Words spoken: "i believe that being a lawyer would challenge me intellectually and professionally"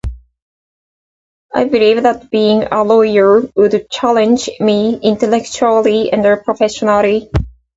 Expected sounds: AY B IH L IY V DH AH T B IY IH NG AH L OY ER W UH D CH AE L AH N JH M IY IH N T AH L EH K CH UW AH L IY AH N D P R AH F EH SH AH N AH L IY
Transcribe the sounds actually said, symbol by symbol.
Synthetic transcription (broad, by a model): AY B IH L IY V DH AH T B IY IH NG AH L OY ER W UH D CH AE L AH N JH M IY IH N T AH L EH K CH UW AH L IY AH N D P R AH F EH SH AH N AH L IY